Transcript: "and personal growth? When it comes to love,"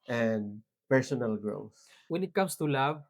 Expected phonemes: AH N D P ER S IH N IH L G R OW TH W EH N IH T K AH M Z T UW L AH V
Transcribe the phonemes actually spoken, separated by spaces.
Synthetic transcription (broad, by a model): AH N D P ER S IH N IH L G R OW TH W EH N IH T K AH M S T UW L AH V